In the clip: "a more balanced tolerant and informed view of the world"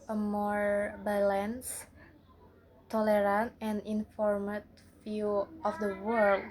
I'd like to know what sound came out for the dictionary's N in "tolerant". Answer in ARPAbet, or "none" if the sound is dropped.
N